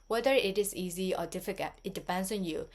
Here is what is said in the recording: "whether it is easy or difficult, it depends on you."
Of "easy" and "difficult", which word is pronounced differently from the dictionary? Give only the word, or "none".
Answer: difficult